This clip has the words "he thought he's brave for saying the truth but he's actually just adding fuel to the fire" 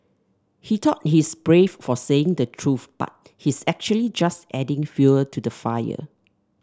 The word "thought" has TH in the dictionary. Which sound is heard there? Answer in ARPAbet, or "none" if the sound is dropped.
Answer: T